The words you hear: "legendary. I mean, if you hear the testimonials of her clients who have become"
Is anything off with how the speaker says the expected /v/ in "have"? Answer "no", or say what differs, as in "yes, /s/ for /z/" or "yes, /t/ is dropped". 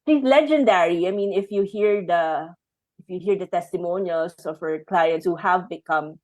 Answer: no